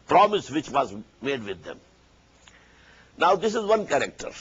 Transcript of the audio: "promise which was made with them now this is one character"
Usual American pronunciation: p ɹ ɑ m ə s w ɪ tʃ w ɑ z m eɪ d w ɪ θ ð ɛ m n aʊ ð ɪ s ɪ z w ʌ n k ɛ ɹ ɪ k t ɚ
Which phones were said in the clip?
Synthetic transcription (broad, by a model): p ɹ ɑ m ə s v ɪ tʃ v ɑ z m eɪ d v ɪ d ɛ m n aʊ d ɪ s ɪ z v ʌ n k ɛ ɹ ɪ k t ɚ